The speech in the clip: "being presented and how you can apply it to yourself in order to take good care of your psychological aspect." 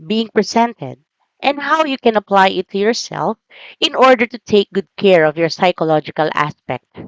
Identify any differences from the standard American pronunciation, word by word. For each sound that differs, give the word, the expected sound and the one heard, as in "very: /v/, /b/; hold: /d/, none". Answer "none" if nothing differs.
presented: /z/, /s/